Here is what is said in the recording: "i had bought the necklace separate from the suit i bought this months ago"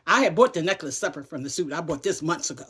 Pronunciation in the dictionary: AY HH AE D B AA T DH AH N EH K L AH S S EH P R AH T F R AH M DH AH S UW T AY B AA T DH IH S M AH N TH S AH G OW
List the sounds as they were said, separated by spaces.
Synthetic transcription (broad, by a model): AY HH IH D B AA T DH AH N EH K L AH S S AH P AH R F R AH M DH AH S UW T AY B AA T DH IH S M AH N TH S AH G OW